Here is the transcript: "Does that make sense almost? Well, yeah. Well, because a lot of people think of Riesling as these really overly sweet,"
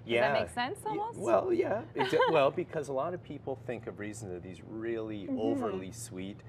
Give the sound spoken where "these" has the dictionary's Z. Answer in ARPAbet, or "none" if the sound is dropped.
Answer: Z